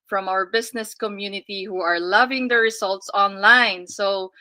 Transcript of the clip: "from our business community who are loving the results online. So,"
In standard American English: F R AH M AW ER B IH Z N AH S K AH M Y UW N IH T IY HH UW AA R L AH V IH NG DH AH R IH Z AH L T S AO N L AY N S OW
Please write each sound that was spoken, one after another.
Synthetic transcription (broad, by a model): F R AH M AW ER B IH S N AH S K AH M Y UW N IH T IY HH UW AA R L AH V IH NG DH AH R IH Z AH L T S AO N L AY N S OW